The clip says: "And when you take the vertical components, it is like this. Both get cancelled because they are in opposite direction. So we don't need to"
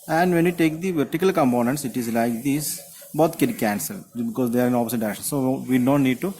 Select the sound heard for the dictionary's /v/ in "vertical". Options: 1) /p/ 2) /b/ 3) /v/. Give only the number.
3